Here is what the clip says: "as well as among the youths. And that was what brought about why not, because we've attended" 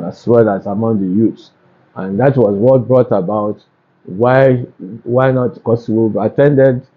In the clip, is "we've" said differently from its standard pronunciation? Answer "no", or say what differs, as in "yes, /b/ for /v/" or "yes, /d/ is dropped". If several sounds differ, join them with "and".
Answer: yes, /v/ is dropped